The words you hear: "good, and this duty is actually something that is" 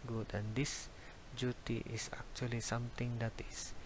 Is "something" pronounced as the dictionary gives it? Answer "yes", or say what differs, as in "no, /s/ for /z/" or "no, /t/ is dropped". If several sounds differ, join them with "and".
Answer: no, /t/ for /θ/